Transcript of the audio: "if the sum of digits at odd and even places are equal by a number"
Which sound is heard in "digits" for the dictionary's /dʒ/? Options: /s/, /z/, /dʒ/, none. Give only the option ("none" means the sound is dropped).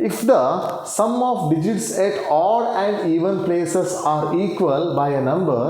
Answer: /dʒ/